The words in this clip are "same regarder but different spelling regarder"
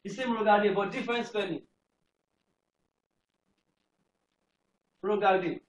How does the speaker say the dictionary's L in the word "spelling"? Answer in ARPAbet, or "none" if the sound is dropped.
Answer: N